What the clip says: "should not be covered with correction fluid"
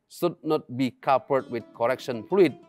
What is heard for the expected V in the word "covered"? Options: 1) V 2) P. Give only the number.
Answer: 2